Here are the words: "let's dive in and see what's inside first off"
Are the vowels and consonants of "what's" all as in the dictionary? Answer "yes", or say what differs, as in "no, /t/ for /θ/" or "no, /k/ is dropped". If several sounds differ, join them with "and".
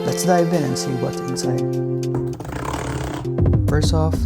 no, /s/ is dropped